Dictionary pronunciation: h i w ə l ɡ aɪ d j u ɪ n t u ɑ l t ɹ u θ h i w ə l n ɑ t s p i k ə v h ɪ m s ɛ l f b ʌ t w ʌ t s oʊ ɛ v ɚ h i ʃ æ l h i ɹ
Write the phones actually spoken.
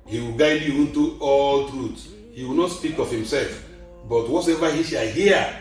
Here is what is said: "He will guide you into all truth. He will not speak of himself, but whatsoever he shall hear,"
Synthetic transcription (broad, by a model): h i w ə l ɡ aɪ d j u ɪ n t u ɑ l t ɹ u t h i w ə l n ɑ t s p i k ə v h ɪ m s ɛ l f b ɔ t w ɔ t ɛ v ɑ h i ʃ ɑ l h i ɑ